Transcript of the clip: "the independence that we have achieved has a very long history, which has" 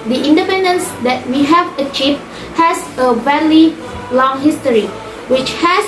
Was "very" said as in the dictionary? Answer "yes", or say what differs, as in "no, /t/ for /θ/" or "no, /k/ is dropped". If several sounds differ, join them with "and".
no, /l/ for /ɹ/